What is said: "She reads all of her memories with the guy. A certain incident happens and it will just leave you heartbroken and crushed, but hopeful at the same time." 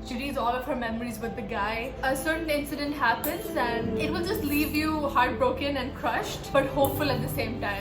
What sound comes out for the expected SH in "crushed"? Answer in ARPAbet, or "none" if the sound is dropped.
SH